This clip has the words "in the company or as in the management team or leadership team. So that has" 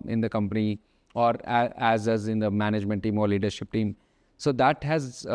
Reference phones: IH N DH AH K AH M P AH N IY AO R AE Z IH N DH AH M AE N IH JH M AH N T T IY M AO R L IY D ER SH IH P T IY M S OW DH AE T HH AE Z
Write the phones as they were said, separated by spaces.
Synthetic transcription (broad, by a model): IH N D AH K AH M P AH N IY AO R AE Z IH N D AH M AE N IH JH M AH N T T IY M AO R L IY D ER SH IH P T IY M S OW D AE T HH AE Z